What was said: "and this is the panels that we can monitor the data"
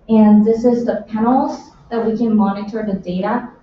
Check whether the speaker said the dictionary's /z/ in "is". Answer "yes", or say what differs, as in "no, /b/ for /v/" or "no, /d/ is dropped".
yes